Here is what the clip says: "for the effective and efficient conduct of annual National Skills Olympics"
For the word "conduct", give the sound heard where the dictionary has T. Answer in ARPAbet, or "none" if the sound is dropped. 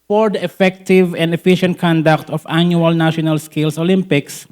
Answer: T